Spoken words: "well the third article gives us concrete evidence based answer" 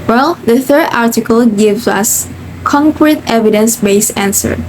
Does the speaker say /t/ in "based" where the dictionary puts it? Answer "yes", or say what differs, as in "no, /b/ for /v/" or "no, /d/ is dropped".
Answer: no, /t/ is dropped